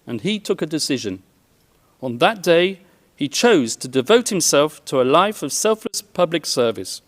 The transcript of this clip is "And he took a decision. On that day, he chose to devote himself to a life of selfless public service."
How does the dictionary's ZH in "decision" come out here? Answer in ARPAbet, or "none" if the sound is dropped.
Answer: ZH